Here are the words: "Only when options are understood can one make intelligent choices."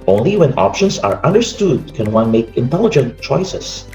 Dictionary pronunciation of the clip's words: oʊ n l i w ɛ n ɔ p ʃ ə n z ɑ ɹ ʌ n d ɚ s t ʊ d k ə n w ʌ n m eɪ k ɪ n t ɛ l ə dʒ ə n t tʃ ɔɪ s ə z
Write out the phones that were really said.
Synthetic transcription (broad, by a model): oʊ n l i w ɛ n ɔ p ʃ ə n s ɑ ɹ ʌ n d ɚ s t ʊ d k ə n w ʌ n m eɪ k ɪ n t ɛ l ə dʒ ə n t tʃ ɔɪ s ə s